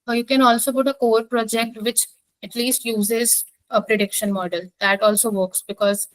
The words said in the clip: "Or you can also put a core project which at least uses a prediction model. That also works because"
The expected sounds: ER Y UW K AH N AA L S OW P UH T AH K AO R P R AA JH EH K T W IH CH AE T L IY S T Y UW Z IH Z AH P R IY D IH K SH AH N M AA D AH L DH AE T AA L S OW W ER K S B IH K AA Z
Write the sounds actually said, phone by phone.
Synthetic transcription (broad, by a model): Y UW K AH N AA L S OW P UH T AH K AO R P R AA JH EH K T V IH CH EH T L IY S T Y UW Z IH Z AH P R IY D IH K SH AH N M AA D AH L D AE T AA L S OW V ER K S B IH K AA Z